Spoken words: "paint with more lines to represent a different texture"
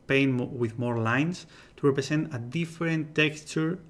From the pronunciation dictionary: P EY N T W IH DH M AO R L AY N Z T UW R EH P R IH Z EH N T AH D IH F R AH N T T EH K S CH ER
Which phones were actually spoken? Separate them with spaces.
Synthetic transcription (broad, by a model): P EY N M W IH DH M AO R L AY N S T UW R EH P R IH S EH N T AH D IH F R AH N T T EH K S CH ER